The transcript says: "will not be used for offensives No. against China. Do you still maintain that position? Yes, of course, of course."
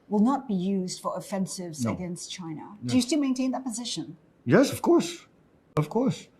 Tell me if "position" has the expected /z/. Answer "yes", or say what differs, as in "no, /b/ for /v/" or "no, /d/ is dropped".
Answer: yes